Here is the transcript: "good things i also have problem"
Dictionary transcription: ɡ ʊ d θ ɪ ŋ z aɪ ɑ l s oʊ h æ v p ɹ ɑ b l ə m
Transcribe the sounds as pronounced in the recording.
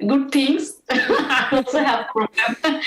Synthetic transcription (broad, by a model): ɡ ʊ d t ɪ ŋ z aɪ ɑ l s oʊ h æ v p ɹ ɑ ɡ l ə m